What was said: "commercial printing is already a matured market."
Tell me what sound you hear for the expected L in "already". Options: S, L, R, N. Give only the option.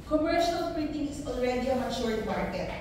N